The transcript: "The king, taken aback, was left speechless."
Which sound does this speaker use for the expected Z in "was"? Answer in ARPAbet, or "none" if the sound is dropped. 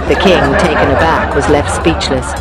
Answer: Z